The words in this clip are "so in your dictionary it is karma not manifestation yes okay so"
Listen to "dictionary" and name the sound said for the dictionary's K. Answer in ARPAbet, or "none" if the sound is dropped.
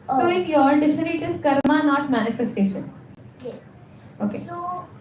none